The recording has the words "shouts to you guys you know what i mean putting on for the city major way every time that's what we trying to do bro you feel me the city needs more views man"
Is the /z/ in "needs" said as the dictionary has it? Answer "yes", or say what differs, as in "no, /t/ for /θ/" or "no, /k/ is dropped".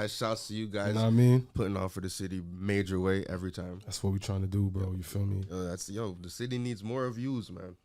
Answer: yes